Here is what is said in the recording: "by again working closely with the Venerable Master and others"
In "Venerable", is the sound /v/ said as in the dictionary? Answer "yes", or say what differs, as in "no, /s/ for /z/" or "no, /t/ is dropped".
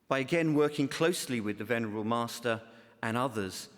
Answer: yes